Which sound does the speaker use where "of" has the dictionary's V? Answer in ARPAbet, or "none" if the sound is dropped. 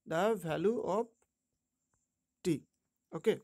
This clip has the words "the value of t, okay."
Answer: P